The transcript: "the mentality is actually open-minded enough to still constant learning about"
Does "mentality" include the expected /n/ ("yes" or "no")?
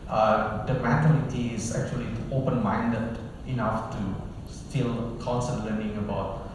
no